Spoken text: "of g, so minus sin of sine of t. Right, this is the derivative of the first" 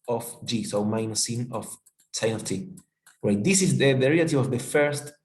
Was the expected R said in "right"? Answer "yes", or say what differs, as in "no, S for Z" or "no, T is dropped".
no, W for R